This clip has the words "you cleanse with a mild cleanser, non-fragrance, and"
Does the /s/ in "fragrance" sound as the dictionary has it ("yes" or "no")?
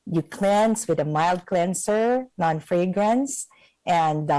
yes